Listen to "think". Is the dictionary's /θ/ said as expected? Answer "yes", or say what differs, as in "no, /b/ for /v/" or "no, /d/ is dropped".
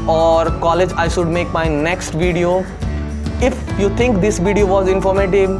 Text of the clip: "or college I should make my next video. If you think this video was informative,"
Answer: no, /t/ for /θ/